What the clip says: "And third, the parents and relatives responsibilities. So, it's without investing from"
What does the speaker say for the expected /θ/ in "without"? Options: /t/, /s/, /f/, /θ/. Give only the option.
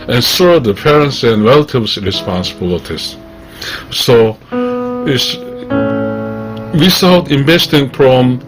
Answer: /s/